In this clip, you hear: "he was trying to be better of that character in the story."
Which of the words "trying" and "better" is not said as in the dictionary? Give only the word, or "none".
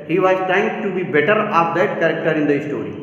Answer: trying